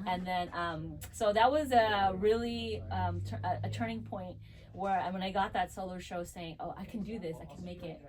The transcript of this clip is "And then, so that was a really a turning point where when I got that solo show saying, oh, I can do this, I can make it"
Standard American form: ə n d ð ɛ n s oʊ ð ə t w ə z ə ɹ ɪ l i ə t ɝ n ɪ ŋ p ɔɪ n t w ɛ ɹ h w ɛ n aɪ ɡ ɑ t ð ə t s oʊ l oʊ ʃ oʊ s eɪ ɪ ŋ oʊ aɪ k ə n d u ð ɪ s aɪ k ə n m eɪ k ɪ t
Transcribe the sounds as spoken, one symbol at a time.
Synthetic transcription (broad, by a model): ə n ð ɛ n s oʊ ð ə t w ə z ə ɹ ɪ l i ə t ɝ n ɪ ŋ p ɔɪ n t w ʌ ɹ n w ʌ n aɪ ɡ ɑ t ð ə t s oʊ l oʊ ʃ oʊ s eɪ ɪ ŋ oʊ aɪ k n d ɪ ð ɪ s aɪ k n m eɪ k ɪ t